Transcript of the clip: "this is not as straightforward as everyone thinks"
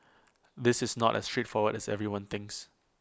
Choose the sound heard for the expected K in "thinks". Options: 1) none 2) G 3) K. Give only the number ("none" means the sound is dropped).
3